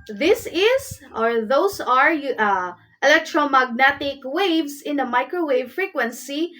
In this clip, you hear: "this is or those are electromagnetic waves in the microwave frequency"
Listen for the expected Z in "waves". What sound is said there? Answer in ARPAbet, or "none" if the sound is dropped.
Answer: S